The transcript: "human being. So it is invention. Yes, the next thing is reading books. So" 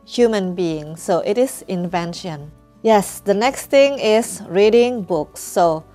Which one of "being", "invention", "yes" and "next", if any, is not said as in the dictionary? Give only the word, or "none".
none